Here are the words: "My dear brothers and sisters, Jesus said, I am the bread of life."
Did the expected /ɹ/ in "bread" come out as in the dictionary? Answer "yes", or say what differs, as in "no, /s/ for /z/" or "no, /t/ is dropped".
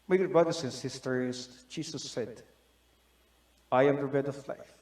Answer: no, /ɹ/ is dropped